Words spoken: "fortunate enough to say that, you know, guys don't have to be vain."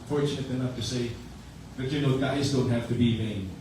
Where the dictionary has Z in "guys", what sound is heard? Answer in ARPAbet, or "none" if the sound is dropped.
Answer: Z